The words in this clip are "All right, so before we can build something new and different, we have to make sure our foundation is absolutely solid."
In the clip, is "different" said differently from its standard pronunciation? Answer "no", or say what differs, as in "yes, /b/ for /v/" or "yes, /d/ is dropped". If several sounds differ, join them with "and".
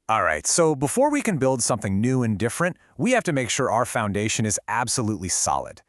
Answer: no